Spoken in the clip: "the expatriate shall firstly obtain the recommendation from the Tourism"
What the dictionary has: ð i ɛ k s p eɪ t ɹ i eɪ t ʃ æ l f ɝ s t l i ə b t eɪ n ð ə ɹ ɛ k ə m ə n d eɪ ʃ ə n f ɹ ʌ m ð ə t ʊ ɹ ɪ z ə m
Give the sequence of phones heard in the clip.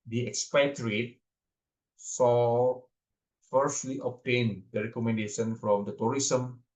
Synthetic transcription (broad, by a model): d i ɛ k s p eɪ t ɹ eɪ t s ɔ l f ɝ s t l i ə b t eɪ n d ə ɹ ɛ k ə m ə n d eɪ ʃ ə n f ɹ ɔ m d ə t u ɹ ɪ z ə m